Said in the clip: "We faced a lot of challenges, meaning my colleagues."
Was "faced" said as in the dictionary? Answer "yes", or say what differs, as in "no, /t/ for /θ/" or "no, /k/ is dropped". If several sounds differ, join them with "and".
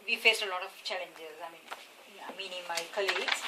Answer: yes